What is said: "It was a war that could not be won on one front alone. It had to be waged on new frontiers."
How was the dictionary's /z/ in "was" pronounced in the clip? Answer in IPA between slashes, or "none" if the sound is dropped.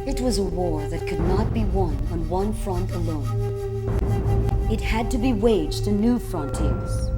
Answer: /z/